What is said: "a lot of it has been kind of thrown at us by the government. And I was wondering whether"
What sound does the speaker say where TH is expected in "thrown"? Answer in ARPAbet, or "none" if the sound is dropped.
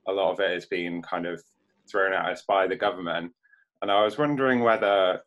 TH